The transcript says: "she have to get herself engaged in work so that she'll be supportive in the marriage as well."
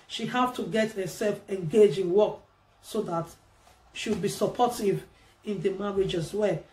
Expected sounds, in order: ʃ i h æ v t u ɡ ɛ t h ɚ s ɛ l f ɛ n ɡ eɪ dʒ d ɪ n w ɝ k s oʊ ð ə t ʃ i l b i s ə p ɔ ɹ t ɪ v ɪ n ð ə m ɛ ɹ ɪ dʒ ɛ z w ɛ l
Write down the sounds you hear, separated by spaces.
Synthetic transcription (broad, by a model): ʃ i h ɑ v t u ɡ ɛ t h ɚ s ɛ l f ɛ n ɡ eɪ dʒ ɪ n w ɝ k s oʊ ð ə t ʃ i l b i s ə p ɔ t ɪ v ɪ n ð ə m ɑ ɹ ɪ dʒ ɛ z w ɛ